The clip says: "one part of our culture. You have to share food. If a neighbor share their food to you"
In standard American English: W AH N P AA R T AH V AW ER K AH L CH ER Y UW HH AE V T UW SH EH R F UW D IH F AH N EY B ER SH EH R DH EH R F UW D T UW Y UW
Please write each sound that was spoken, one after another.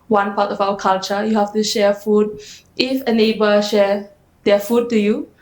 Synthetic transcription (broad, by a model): W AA N P AA T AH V AW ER K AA L CH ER Y UW HH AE F T UW SH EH F UW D IH F AH N EY B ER SH EH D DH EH F UW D T UW Y UW